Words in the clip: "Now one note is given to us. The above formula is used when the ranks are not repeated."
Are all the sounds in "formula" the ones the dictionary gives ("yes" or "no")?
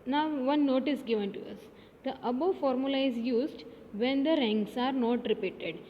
yes